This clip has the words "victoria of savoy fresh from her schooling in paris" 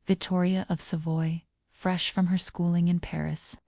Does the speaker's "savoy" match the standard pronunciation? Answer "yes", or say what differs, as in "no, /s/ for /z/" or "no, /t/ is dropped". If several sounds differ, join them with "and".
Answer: yes